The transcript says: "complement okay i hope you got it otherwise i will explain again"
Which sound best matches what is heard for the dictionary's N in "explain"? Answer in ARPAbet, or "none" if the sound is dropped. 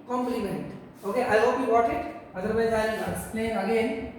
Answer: none